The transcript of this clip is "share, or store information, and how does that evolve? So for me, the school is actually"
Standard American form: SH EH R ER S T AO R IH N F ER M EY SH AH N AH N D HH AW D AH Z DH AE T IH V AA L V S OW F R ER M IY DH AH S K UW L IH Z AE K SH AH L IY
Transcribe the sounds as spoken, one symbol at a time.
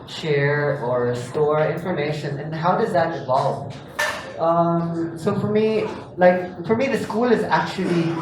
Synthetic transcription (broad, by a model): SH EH R ER S T AO R IH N F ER M EY SH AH N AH N HH AW D AH Z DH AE T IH V AA L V S OW F R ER M IY DH AH S K UW L IH Z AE K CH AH L IY